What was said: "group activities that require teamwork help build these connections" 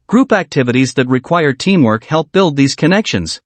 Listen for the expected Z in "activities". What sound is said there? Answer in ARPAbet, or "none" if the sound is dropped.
Z